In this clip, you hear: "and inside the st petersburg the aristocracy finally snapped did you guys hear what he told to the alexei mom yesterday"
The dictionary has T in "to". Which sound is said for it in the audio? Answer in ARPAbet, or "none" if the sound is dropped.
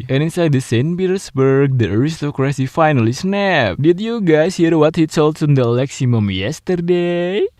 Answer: S